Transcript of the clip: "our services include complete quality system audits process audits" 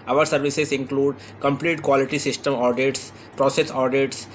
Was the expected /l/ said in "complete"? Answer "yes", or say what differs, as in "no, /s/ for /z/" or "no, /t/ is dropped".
yes